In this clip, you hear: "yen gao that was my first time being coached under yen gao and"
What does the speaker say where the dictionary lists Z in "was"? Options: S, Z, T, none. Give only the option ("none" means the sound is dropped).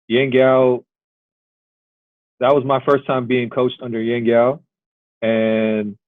Z